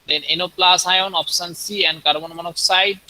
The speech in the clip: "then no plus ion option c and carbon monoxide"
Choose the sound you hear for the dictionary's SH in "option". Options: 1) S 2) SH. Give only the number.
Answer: 1